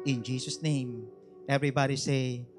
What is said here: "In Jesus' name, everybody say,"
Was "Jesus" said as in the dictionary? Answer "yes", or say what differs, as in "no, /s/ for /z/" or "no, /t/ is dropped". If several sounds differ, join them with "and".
no, /s/ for /z/